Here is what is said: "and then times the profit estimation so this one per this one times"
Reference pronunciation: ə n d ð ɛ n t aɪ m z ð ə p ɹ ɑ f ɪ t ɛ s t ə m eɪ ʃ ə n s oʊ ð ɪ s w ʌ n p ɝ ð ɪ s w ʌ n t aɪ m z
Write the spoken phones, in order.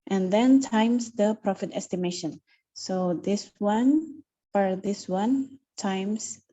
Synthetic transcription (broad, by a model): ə n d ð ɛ n t aɪ m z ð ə p ɹ ɑ f ɪ t ɛ s t ə m eɪ ʃ ə n s oʊ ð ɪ s w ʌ n f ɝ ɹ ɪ s w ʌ n t aɪ m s